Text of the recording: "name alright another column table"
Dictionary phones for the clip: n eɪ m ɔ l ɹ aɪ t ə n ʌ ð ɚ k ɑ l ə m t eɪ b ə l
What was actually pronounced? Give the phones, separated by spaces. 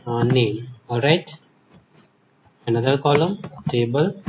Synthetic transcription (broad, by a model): n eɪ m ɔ ɹ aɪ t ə n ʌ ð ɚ k ɑ l ə m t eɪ b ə l